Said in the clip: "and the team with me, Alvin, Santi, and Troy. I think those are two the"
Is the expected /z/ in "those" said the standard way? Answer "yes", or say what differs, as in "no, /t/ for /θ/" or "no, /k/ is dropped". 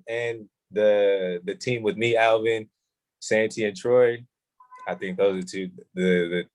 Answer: yes